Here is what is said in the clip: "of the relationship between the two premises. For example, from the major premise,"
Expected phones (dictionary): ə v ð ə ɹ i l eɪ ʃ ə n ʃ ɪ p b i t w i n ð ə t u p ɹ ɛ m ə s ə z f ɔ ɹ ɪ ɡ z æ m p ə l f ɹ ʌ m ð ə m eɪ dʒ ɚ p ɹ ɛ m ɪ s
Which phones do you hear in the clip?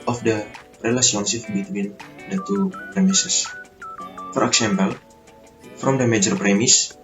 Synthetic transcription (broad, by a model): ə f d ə ɹ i l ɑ s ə n s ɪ f b i t w i n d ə t u p ɹ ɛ m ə s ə s f ɔ ɹ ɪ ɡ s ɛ m p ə l f ɹ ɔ m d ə m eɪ dʒ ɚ p ɹ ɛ m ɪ s